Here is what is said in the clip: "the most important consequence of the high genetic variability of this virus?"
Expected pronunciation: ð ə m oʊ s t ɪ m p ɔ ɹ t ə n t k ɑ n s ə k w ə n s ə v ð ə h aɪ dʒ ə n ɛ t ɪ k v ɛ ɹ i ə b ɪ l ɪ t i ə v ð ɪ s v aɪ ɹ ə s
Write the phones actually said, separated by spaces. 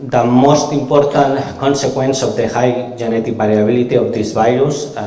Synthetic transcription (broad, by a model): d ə m oʊ s t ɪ m p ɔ ɹ t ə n k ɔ n s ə k w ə n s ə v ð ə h aɪ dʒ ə n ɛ t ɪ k b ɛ ɹ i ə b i l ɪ t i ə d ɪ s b aɪ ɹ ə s